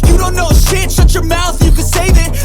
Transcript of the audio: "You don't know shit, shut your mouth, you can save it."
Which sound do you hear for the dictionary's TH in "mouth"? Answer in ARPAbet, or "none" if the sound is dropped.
TH